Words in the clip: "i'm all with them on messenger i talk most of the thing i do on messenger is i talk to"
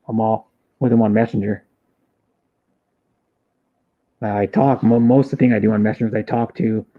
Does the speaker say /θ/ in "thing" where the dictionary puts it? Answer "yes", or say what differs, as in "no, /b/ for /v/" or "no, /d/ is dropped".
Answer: yes